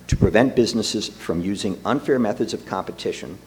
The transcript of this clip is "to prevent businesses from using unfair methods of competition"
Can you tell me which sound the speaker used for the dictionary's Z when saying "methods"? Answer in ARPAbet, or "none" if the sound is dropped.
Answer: Z